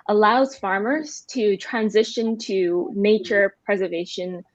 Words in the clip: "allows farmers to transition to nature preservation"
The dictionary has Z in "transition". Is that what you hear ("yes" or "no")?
yes